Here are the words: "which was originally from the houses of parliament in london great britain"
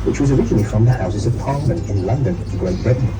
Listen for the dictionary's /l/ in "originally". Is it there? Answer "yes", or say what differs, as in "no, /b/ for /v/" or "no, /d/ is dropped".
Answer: no, /n/ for /l/